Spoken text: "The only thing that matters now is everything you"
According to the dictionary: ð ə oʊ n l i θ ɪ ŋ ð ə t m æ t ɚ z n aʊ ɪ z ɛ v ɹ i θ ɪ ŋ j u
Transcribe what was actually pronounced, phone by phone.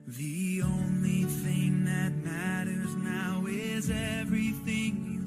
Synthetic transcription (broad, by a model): ð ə oʊ n l i θ ɪ ŋ ð ə t m æ t ɚ z n aʊ ɪ z ɛ v ɹ i θ ɪ ŋ